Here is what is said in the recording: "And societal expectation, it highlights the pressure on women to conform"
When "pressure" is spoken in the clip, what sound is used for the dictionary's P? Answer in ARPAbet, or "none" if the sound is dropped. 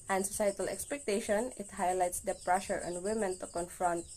P